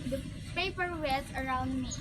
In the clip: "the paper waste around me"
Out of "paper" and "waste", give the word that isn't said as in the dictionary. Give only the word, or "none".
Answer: waste